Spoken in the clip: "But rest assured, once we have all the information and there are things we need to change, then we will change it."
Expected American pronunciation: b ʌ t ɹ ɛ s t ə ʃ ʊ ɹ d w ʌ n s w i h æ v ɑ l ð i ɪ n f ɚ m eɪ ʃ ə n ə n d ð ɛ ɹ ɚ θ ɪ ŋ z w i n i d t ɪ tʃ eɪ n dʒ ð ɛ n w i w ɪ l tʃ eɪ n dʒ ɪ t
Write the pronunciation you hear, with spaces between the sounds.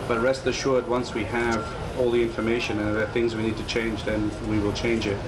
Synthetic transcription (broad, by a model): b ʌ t ɹ ɛ s t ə ʃ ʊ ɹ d w ʌ n s w i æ v ɑ l ð i ɪ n f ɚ m eɪ ʃ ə n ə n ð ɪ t θ ɪ ŋ z w i n i d t ɪ tʃ eɪ n dʒ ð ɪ n w i w ɪ l tʃ eɪ n dʒ ɪ t